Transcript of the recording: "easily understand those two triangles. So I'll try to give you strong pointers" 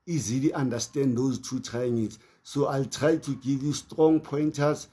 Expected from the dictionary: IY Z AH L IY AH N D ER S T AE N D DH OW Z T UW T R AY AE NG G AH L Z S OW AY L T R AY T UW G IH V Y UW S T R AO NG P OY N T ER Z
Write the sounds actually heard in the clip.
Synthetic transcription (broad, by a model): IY Z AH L IY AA N D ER S T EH N D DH OW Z T UW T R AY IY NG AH Z S OW AY L T R AY T UW G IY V Y UW S T R AO NG P OY N T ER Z